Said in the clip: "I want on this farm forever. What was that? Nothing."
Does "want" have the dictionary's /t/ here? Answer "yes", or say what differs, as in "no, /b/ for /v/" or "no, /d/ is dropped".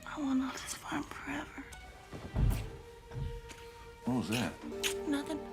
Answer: no, /t/ is dropped